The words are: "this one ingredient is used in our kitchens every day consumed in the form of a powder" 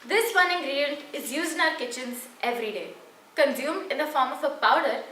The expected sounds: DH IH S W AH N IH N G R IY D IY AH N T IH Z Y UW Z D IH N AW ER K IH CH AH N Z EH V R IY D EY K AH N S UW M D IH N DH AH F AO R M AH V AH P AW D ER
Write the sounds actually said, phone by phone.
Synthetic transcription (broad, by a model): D IH S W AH N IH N G R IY D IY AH N T IH Z Y UW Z IH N AW ER K IH CH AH N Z EH V R IY D EY K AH N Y UW M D IH N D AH F AO R M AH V AH P AW D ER